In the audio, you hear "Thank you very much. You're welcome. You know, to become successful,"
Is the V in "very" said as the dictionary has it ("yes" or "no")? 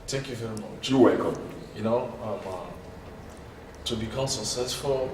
yes